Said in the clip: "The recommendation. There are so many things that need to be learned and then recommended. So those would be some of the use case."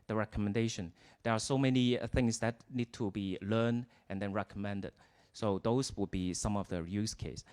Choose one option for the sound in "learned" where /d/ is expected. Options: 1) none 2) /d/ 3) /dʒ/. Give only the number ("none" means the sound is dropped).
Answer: 2